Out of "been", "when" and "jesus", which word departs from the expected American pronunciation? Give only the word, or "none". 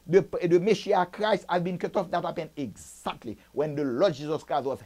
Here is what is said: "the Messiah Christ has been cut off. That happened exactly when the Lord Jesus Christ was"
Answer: none